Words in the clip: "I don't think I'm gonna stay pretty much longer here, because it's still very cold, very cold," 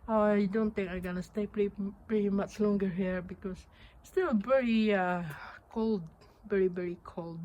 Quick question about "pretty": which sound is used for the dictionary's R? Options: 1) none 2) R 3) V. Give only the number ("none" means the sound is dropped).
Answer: 2